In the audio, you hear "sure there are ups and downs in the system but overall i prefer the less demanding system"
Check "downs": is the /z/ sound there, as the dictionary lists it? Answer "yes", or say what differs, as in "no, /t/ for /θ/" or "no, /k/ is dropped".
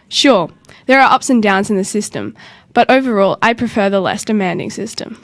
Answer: yes